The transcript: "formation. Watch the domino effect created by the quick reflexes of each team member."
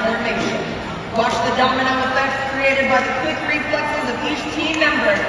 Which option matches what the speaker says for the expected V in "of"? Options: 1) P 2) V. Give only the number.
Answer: 1